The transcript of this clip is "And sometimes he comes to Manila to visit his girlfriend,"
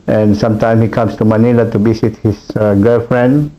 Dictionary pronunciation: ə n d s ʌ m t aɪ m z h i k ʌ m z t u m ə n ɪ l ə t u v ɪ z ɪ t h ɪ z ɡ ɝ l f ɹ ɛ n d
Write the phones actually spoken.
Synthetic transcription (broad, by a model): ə n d s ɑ m t aɪ m s h i k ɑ m s t u m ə n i l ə t u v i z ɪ t h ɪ s ɡ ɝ l f ɹ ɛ n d